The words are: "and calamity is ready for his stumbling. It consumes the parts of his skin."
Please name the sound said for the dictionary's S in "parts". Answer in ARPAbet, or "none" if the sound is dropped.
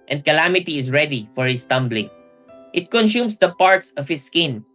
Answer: S